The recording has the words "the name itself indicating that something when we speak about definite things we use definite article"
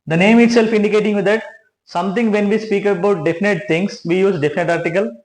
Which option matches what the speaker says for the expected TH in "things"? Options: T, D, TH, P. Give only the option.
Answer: T